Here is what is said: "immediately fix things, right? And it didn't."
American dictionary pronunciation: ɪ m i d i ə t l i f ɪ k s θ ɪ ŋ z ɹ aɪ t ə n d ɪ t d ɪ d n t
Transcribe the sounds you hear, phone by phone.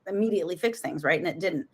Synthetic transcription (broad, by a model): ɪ m i d i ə t l i f ɪ k s θ ɪ ŋ z ɹ aɪ t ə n ɪ t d ɪ d n t